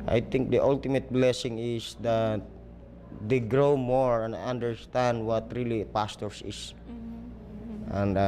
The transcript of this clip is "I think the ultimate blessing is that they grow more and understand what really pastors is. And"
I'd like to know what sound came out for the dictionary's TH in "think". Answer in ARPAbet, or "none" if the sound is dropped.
T